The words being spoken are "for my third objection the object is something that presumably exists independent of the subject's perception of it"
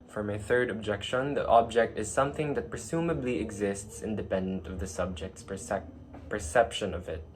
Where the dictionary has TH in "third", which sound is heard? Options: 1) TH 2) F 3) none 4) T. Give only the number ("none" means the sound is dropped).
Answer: 1